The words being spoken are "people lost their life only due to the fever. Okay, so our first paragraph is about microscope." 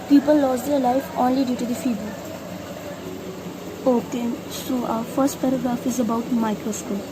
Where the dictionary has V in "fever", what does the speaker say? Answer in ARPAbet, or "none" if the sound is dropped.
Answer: B